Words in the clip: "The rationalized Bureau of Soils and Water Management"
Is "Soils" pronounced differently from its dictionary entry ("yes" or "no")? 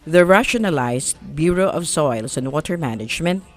yes